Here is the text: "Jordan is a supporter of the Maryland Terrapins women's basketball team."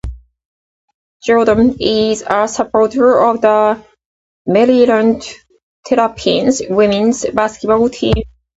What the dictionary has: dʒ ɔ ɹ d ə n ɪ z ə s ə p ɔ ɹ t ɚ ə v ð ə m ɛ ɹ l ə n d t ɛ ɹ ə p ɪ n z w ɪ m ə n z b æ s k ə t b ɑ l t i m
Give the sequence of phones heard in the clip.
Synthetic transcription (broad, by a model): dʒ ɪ l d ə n ɪ z ə s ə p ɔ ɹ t ɚ ə v ð ə m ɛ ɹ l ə n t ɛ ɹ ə p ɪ n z w ɪ m ə n z b æ s k ə t b ɑ l t i m